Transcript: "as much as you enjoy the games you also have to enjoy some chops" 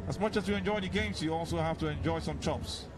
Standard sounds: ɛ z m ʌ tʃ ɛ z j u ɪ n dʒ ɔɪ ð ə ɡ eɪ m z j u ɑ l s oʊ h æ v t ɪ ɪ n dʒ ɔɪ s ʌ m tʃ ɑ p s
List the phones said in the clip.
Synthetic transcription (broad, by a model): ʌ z m ʌ tʃ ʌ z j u ɪ n dʒ ɔɪ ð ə ɡ eɪ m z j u ɑ l s oʊ h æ f t ɪ ɪ n dʒ ɔɪ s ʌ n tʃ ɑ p s